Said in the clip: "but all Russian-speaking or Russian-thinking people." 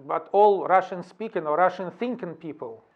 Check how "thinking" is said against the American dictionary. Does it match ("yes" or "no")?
yes